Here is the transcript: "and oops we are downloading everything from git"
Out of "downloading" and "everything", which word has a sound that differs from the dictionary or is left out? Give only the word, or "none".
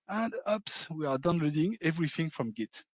none